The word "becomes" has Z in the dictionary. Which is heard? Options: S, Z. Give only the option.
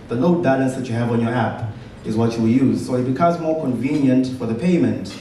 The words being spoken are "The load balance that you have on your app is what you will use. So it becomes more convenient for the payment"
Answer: Z